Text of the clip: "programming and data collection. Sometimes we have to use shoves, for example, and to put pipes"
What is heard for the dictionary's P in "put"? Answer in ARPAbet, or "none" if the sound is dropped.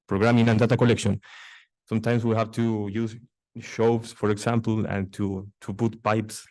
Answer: B